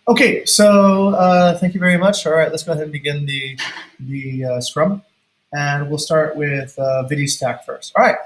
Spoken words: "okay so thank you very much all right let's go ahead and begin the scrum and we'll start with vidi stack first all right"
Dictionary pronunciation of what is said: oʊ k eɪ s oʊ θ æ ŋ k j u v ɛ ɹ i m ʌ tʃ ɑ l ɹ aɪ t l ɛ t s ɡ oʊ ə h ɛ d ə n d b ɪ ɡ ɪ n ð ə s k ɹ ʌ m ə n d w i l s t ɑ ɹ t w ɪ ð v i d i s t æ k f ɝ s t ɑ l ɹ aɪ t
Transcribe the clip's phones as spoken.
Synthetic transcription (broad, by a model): oʊ k eɪ s oʊ θ æ ŋ k j u v ɛ ɹ i m ʌ tʃ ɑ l ɹ aɪ t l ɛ t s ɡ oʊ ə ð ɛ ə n b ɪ ɡ ɪ n ð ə s k ɹ ʌ m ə n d w i l s t ɑ ɹ t w ɪ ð v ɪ d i s t æ k f ɝ s t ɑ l ɹ aɪ t